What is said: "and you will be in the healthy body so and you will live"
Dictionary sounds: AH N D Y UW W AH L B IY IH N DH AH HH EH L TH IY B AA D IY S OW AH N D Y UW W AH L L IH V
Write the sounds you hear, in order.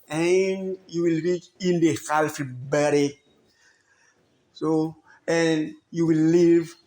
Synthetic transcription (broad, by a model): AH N Y UW W AH L B IY IH N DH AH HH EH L F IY B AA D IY S OW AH N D Y UW W AH L L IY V